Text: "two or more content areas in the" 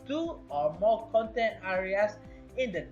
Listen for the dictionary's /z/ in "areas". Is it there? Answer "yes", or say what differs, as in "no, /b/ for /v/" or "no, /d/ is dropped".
no, /s/ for /z/